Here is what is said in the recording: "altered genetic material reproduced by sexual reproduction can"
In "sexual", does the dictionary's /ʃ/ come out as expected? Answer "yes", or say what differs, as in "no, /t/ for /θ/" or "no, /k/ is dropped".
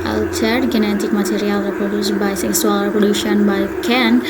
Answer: no, /s/ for /ʃ/